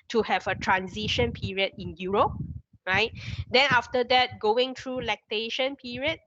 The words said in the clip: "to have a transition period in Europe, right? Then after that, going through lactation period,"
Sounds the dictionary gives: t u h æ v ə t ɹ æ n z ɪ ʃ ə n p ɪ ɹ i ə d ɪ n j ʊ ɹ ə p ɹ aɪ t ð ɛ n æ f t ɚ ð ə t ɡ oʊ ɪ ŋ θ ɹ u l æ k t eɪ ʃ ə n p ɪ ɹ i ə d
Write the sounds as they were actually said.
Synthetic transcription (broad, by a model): t u h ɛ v ə t ɹ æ n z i ʃ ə n p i ɹ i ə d ɪ n j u ɹ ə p ɹ aɪ t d ɛ n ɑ f t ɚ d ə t ɡ oʊ ɪ ŋ t ɹ u l æ k t eɪ ʃ ə n p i ɹ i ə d